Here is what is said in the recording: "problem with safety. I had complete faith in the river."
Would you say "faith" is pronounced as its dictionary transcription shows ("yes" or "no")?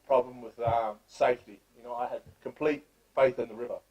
yes